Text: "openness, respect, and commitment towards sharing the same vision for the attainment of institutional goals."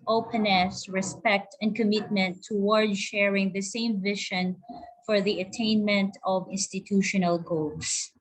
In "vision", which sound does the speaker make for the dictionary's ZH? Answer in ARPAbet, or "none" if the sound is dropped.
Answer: SH